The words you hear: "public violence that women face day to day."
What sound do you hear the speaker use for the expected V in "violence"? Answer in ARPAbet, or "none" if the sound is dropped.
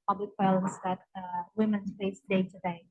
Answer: W